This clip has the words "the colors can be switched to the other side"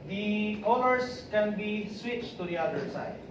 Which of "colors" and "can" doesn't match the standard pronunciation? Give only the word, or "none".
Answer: colors